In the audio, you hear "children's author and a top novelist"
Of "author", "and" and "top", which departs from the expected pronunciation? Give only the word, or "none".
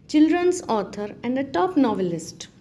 author